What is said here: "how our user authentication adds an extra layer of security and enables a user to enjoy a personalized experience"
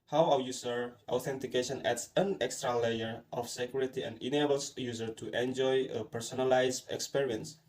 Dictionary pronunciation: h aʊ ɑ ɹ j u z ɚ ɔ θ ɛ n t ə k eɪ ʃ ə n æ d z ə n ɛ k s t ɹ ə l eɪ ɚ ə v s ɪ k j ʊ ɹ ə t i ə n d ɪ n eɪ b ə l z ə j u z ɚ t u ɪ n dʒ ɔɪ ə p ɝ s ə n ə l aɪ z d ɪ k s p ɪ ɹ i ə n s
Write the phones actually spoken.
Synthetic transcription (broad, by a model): h aʊ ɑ w j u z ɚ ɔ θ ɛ n t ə k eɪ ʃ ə n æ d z ə n ɛ k s t ɹ ə l eɪ ɚ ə f s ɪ k j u ɹ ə t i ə n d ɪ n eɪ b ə l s j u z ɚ t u ɪ n dʒ ɔɪ ə p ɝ s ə n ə l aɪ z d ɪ k s p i ɹ i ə n s